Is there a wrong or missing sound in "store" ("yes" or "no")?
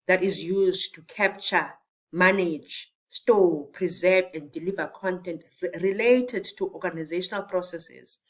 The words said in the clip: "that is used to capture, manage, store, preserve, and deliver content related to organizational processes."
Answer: yes